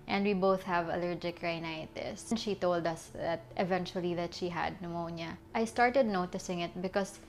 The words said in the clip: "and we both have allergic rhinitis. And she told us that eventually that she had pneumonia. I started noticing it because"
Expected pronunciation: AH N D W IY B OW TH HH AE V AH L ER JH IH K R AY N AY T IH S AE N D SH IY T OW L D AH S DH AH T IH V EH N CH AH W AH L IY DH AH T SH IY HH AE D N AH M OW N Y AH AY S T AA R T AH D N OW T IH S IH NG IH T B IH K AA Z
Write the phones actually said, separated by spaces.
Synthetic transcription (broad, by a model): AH N D W IY B OW TH HH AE V AH L ER JH IH K R AY N AY T IH S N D SH IY T OW L D AH S DH AH T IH V EH N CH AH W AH L IY DH AH T SH IY HH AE D N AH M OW N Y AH AY S T AA R T AH D N OW T IH S IH NG IH T B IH K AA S